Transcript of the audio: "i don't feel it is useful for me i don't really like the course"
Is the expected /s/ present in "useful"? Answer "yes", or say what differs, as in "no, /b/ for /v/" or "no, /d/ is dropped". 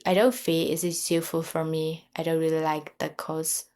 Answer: no, /s/ is dropped